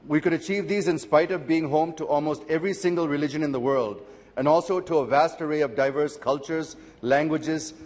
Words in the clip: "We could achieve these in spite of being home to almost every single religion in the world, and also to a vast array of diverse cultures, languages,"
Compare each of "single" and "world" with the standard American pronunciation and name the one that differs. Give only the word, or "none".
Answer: none